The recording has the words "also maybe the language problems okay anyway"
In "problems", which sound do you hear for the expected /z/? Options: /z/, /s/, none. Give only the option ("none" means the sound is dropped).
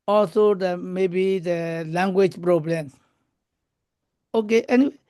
none